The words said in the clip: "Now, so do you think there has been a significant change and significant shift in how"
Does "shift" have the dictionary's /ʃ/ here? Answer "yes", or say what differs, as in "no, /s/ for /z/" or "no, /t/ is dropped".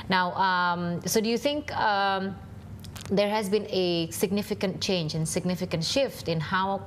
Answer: yes